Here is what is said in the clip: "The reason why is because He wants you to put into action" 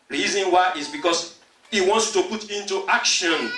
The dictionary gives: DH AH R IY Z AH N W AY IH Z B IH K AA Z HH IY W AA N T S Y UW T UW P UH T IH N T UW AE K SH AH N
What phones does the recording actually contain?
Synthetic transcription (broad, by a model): R IY Z AH N W AY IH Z B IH K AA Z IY W AA N T S T UW P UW T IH N T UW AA K SH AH N